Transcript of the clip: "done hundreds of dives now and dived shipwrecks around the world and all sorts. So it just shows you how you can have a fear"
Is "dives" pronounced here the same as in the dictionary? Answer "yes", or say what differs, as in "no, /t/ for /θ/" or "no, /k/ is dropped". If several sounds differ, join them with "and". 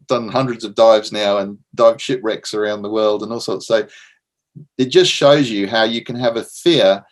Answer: yes